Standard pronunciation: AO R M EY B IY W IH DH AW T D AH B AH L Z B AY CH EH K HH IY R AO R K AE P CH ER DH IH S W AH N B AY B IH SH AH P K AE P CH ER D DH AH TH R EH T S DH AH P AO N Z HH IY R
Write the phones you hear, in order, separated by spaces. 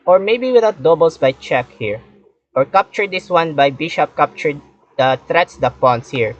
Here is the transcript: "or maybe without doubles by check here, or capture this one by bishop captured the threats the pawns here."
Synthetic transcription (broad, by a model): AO R M EY B IY W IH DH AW T D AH B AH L S B AY CH EH K HH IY R AO R K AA P CH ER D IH S W AH N B AY B IH SH AH P K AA P CH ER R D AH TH R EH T S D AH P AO N S HH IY R